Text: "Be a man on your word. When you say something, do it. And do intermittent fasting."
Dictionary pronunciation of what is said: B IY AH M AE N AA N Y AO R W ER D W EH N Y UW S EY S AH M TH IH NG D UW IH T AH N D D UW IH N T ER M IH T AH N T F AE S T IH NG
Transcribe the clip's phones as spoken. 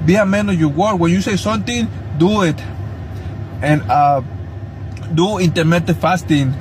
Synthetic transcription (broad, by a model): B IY AH M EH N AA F Y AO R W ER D W EH N Y UW S EY S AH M T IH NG D UW IH T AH N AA D UW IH N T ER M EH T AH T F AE S T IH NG